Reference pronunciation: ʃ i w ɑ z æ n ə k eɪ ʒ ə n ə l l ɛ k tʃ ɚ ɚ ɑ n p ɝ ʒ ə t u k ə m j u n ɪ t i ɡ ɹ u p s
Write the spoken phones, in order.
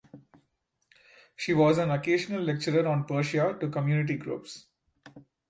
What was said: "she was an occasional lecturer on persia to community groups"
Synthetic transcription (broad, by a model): ʃ i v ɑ z æ n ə k eɪ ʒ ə n ə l l ɛ k tʃ ɚ ɚ ɑ n p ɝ ʃ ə t u k ə m j u n ɪ t i ɡ ɹ u p s